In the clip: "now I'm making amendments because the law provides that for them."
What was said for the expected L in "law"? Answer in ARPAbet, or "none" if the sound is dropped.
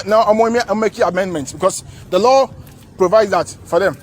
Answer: L